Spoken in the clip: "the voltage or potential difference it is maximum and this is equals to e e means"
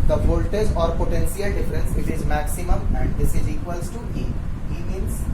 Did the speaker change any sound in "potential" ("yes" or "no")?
yes